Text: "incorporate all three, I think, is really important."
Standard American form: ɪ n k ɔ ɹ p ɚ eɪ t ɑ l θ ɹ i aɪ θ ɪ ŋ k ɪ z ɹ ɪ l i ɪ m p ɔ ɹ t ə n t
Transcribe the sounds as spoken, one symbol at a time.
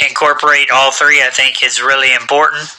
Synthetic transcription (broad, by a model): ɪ n k ɔ ɹ p ɚ eɪ t ɑ l θ ɹ i aɪ θ ɪ ŋ k ɪ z ɹ ɪ l i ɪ m p ɔ ɹ t n t